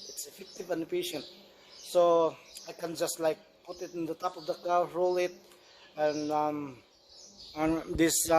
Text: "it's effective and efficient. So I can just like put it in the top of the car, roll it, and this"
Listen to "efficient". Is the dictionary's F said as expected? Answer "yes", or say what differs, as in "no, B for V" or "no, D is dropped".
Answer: no, P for F